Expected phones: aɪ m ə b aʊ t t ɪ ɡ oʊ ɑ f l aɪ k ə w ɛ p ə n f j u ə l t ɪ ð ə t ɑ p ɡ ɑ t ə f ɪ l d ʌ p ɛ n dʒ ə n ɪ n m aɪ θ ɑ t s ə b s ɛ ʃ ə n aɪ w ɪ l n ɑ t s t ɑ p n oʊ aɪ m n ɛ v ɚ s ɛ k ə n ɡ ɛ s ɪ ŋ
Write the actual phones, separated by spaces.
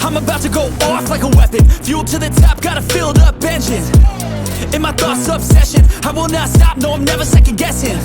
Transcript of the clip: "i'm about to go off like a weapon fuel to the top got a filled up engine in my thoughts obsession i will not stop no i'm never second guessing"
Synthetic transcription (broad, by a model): aɪ m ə b aʊ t t ɪ ɡ oʊ ɑ f l aɪ k ə w ɛ p ə n f j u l t ɪ ð ə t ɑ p ɡ ɑ t ə f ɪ l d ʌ b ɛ n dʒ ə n ɪ n m aɪ θ ɑ t s ə b s ɛ ʃ ə n aɪ w ɪ l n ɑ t s t ɑ p n oʊ aɪ m n ɛ v ɚ s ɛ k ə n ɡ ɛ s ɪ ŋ